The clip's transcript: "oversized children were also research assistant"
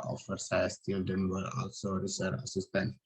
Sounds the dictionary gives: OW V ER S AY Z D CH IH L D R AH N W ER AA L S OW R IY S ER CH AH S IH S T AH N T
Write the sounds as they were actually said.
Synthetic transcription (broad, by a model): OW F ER S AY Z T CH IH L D AH N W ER AA L S OW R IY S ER AH S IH S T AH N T